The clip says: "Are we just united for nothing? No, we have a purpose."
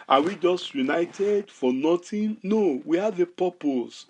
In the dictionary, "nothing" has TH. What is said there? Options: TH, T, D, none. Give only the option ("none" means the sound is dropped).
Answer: T